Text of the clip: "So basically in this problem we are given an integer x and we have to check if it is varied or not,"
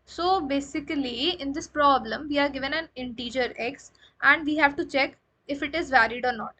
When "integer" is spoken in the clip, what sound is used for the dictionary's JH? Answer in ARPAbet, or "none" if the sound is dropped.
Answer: JH